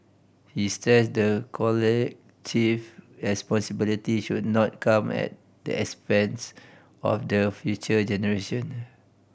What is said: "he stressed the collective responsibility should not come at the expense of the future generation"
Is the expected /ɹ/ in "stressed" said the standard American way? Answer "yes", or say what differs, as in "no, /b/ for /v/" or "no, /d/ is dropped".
no, /ɹ/ is dropped